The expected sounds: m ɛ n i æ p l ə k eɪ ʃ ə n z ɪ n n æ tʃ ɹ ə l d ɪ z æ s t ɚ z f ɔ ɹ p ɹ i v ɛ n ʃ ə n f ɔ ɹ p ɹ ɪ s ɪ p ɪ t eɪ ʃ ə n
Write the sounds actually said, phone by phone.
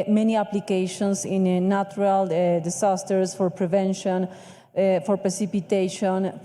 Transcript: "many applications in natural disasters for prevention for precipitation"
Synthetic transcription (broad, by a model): m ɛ n i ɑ p l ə k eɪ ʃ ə n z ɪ n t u ɹ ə l d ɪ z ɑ s t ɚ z f ɔ ɹ p ɹ i v ɛ n ʃ ə n f ɔ ɹ p ɹ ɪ s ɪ p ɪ t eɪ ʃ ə n